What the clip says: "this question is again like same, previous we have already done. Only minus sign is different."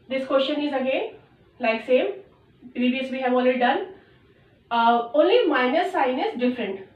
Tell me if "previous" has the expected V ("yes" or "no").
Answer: no